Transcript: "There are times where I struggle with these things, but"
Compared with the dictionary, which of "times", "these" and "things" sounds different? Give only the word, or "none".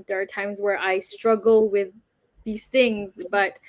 none